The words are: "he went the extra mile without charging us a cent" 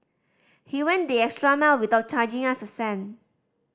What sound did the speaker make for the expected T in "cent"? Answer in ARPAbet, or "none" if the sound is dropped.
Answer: none